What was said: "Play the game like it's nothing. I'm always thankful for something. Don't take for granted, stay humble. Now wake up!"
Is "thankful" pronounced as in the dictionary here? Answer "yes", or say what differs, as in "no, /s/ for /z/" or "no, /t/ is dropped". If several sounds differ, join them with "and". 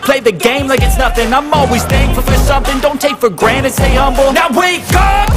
no, /k/ is dropped